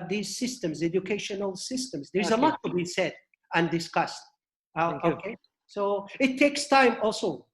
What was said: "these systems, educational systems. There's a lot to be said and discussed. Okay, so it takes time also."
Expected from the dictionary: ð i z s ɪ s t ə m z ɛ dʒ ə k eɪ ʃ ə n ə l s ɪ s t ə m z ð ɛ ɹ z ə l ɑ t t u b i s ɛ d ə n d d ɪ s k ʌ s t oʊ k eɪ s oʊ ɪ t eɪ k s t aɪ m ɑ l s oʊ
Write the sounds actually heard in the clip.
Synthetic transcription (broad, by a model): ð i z s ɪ s t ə m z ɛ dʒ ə k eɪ ʃ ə n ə l s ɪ s t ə m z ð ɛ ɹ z ə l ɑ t t u b i s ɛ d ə n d d ɪ s k ʌ s t oʊ k eɪ s oʊ ɪ t eɪ k s t aɪ m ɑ l s oʊ